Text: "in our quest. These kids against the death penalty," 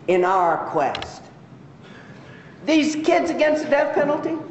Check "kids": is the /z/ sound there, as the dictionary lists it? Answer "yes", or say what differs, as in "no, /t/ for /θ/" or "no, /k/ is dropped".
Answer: yes